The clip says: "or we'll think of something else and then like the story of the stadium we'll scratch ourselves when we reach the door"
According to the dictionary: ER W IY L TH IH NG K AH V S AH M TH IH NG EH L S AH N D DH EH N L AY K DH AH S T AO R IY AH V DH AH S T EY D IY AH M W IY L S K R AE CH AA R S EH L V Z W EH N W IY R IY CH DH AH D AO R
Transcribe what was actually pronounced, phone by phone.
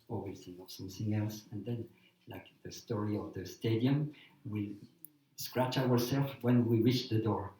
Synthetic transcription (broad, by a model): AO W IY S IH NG AH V S AH M TH IH NG EH L S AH N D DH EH N L AY K DH AH S T AO R IY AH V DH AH S T EY D IY AH M W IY S K R AE CH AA R S EH L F W EH N W IY R IY CH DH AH D AO R